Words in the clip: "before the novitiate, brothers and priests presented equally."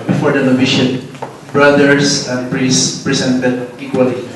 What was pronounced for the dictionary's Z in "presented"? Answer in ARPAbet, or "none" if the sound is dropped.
S